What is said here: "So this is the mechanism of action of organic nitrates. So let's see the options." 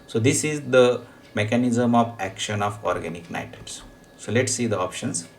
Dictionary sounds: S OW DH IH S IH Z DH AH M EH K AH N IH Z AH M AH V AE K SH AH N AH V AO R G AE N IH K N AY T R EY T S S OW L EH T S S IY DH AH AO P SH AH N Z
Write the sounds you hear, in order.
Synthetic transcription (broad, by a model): S OW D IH S IH Z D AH M EH K AH N IH Z AH M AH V AE K SH AH N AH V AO R G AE N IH K N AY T EY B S S OW L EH T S S IY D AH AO P SH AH N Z